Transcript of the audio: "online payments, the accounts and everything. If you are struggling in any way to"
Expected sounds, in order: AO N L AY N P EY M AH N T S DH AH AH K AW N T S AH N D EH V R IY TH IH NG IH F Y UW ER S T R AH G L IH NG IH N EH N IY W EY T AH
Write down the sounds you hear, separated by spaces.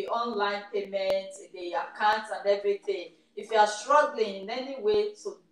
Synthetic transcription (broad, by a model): AO N L AY N P EY M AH N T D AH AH K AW N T AH N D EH V R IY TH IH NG IH F Y UW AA S T R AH G L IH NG IH N EH N IY W EY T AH